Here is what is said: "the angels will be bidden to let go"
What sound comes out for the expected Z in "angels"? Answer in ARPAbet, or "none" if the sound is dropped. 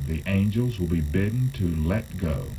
Z